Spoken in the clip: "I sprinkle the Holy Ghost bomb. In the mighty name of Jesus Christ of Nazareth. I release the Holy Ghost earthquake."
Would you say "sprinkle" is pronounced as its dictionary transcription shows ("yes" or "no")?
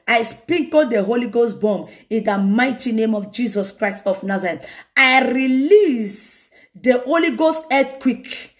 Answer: no